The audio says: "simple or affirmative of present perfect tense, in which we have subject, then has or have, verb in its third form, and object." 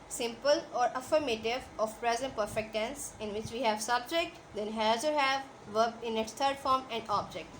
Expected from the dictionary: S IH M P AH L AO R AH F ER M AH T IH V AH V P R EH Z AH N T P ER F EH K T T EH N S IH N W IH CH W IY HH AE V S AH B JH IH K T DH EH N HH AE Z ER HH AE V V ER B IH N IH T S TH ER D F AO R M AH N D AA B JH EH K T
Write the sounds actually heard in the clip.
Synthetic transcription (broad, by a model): S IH M P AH L AO R AH F ER M AH T IH V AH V P R EH Z AH N T P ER F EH K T T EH N S IH N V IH CH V IY HH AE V S AH B JH IH K T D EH N HH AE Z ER HH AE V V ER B IH N IH T S T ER D F AO R M AH N D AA B JH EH K T